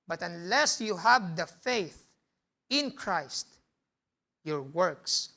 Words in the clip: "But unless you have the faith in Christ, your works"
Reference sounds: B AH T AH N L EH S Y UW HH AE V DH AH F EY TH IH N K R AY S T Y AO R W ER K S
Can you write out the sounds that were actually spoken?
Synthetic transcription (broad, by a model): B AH T AH N L EH S Y UW HH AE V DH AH F EY TH IH N K R AY S T Y AO R W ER K S